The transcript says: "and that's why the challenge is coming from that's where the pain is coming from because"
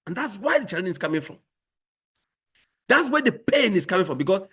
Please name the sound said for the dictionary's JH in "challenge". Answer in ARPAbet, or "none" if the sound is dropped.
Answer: none